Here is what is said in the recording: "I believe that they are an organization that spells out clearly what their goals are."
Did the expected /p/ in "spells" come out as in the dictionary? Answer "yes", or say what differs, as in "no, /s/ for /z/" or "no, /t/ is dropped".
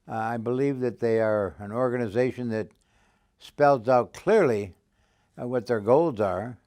yes